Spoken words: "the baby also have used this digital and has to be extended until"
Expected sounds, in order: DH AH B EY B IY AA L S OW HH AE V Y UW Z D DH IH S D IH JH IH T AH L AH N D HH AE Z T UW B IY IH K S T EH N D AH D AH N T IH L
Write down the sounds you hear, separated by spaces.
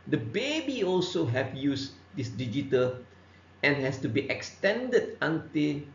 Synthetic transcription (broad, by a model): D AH B EY B IY AA L S OW HH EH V Y UW S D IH S D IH JH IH T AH L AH N HH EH S T UW B IY IH K S T EH N D AH D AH N T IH L